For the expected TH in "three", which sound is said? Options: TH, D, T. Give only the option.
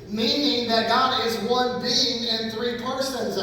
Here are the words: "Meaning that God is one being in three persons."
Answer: TH